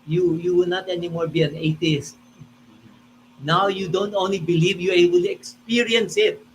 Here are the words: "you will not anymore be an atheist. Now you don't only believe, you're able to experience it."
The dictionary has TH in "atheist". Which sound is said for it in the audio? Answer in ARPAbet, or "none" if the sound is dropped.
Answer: T